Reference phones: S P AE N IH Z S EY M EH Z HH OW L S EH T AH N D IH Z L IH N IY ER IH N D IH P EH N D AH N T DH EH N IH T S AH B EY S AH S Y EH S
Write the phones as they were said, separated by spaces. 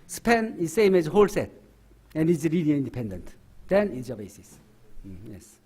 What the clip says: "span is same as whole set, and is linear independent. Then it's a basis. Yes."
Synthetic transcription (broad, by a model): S P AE N IH Z S EY M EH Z HH OW L S EH T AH N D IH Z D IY L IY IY N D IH P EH N D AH N T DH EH N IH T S AH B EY S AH S Y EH S